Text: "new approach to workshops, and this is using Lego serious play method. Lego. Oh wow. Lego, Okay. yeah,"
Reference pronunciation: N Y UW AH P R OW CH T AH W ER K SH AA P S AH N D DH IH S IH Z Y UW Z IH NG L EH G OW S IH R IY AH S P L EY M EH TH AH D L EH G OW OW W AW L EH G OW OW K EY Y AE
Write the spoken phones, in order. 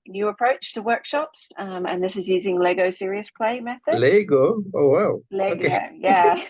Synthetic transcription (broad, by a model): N Y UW AH P R OW CH T AH W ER K SH AA P S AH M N DH IH S IH Z Y UW Z IH NG L EH G OW S IH R IY AH S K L EY M EH TH AH D L EH G OW OW W AW L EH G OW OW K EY Y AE